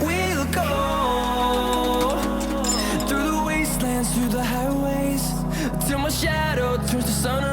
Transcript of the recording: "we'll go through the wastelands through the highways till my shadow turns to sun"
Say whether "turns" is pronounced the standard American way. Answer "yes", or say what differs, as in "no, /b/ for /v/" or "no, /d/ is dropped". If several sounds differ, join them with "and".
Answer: no, /n/ is dropped